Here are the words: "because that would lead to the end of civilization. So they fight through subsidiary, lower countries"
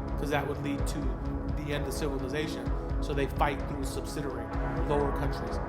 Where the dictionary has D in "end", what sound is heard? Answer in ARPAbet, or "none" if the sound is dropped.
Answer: D